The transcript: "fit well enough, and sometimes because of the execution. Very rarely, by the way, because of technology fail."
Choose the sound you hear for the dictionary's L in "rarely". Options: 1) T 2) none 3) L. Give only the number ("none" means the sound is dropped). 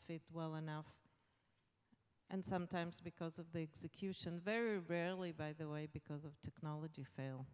3